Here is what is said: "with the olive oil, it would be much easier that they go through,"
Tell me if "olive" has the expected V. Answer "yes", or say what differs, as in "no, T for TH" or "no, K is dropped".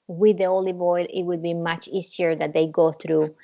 no, B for V